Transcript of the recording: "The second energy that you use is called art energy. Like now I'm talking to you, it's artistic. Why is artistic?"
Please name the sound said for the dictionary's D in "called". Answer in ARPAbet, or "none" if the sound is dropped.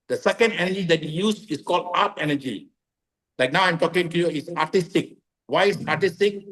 D